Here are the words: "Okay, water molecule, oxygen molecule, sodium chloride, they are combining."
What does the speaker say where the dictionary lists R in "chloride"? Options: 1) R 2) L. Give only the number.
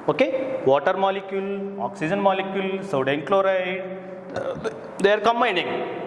1